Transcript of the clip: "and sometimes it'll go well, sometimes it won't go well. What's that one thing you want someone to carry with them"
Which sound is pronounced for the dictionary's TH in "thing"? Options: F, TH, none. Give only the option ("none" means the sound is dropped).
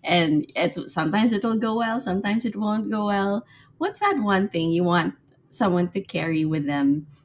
TH